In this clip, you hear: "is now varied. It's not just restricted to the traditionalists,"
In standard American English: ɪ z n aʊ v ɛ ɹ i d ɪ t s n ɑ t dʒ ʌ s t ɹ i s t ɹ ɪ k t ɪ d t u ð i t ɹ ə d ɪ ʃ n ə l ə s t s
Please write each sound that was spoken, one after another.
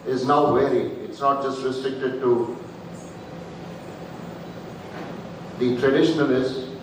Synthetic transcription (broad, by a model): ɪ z n aʊ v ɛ ɹ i ɪ t s n ɑ t dʒ ʌ s t ɹ i s t ɹ ɪ k t ɪ d t u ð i t ɹ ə d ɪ ʃ n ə l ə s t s